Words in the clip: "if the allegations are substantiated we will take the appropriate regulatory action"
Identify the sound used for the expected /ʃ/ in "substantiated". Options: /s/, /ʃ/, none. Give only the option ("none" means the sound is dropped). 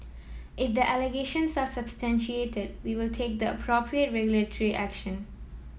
/ʃ/